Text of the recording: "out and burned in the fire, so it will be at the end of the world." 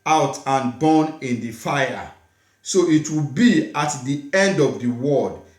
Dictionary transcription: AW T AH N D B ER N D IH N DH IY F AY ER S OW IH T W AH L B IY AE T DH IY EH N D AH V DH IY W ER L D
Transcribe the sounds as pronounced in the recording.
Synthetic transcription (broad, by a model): AW T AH N B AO N IH N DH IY F AY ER S OW IH T W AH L B IY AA T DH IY EH N D AH V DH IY W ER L D